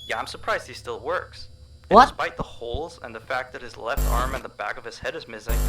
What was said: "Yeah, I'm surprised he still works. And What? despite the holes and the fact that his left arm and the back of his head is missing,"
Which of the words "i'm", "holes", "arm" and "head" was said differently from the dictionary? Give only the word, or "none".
none